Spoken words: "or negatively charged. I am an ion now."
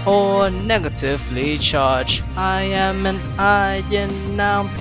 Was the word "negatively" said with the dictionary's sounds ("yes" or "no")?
yes